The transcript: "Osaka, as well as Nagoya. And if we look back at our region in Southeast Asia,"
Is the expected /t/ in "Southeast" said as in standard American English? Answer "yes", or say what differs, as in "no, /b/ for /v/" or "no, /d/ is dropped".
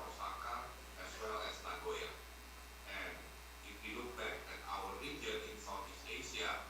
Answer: no, /t/ is dropped